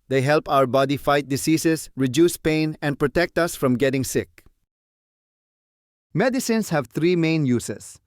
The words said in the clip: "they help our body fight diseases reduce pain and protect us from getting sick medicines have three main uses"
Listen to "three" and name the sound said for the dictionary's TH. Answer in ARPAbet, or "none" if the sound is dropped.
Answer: T